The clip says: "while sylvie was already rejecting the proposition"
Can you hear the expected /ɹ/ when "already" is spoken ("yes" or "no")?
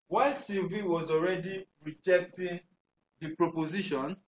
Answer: yes